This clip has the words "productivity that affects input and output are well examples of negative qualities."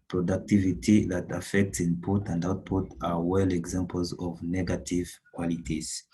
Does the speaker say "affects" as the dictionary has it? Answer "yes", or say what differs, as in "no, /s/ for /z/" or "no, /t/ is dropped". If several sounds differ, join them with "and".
yes